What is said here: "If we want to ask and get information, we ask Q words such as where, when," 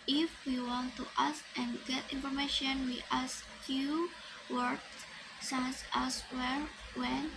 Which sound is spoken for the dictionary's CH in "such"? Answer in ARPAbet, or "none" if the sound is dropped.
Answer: S